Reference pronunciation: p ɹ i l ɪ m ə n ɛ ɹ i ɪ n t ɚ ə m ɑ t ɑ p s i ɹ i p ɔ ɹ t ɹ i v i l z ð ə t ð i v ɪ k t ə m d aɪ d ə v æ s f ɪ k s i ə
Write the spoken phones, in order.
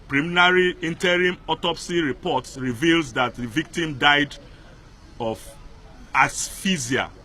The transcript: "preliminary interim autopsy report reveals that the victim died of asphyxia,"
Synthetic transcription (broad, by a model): p ɹ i m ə n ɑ ɹ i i n t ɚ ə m ɑ t ɑ p s i ɹ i p ɔ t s ɹ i v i l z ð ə t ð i v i k t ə m d aɪ d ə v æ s f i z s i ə